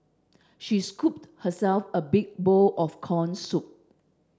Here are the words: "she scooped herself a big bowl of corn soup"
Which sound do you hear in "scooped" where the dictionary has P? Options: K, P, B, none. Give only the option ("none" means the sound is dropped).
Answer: P